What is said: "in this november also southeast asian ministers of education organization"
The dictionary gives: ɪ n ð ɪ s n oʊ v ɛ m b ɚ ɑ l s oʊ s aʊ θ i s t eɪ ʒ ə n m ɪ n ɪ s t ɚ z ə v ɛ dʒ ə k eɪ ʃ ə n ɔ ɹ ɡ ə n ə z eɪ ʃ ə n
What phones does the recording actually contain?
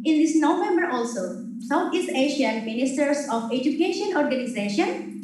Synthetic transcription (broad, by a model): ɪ n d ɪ s n oʊ v ɛ m b ɚ ɑ l s oʊ s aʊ t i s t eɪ ʃ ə n m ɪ n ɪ s t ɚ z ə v ɛ dʒ ə k eɪ ʃ ə n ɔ ɹ ɡ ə n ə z eɪ ʃ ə n